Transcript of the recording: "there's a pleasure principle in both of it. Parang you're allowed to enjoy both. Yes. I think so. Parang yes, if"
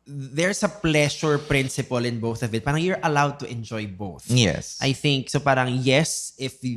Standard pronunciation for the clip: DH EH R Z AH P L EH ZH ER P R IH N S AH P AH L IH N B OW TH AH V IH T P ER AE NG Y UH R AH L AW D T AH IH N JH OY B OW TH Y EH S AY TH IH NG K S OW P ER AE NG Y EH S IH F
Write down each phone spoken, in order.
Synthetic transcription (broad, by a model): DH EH R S AH P L EH SH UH P R IH N S AH P AH L IH N B OW TH AH V IH T P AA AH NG Y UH R AH L AW D T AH IH N JH OY B OW TH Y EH S AY TH IH NG K S OW P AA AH NG Y EH S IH F